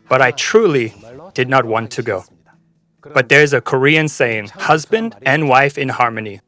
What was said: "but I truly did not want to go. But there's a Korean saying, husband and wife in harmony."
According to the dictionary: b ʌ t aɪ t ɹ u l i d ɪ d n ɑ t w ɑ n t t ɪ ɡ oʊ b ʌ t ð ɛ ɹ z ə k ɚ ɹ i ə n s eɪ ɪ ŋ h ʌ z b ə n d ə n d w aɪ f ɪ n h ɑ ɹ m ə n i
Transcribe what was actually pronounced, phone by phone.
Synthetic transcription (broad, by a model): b ʌ t aɪ t ɹ u l i d ɪ d n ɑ t w ɑ n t t ɪ ɡ oʊ b ʌ t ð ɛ ɹ z ə k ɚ ɹ i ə n s eɪ ɪ ŋ h ʌ z b ə n d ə n w aɪ f ɪ n h ɑ ɹ m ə n i